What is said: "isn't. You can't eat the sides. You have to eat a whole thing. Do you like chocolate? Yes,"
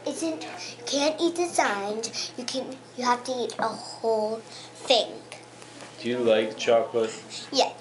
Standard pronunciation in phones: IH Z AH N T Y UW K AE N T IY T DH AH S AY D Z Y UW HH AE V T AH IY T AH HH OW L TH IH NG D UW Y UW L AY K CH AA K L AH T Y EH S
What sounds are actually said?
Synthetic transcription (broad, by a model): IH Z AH N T Y UW K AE N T IY T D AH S AY D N Y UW HH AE F T AH IY T AH HH OW L F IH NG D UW Y UW L AY K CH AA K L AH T Y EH